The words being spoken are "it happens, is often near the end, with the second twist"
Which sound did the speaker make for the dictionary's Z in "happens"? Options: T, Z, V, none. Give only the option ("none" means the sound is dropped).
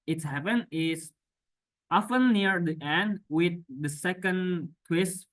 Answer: none